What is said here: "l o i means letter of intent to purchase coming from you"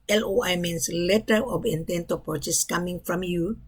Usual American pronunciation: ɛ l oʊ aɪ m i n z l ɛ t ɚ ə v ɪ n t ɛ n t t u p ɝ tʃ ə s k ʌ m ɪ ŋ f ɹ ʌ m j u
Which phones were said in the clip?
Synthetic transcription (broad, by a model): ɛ l oʊ aɪ m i n s l ɛ t ɚ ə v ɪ n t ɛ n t t u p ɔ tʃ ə s k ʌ m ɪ ŋ f ɹ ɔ m j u